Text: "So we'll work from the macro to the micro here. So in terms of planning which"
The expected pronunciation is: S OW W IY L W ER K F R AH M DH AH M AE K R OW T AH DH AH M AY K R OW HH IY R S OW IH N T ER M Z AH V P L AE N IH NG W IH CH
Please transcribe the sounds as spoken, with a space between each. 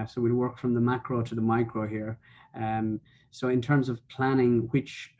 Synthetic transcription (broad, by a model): S OW W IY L W ER K F R AH M DH AH M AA K R OW T AH DH AH M AY K R OW HH IY R S OW IH N T ER M Z AH V P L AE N IH NG W IH CH